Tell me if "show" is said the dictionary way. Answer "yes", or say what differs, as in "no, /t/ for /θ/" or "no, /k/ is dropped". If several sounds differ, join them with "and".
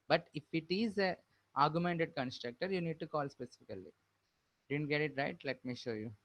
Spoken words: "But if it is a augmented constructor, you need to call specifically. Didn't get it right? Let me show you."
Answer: yes